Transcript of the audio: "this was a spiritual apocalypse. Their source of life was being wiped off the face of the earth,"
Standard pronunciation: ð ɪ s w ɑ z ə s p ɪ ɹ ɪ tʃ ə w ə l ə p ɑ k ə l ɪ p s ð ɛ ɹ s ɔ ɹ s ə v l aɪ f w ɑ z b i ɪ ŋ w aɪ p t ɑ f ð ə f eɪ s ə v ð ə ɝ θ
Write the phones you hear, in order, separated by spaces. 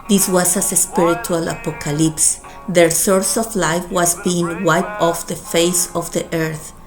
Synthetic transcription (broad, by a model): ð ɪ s w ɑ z ə s p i ɹ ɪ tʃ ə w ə l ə p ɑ k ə l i p s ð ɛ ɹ s ɔ ɹ s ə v l aɪ f w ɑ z b i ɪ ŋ w aɪ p ɑ f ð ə f eɪ s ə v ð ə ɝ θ